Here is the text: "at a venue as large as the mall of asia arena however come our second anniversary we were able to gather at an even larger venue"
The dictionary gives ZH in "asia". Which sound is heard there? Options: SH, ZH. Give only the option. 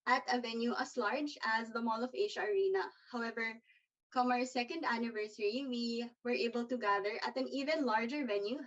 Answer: SH